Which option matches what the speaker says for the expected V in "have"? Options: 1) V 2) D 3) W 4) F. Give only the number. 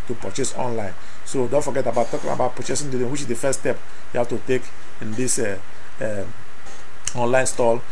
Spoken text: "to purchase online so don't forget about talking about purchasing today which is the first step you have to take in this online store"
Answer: 4